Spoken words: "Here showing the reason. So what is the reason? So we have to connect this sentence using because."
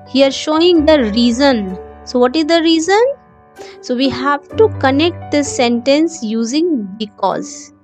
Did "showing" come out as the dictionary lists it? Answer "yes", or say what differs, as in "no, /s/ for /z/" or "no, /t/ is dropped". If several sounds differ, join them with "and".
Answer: yes